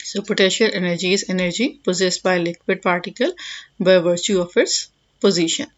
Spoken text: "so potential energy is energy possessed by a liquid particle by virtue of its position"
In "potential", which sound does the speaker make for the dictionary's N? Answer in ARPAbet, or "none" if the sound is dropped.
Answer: none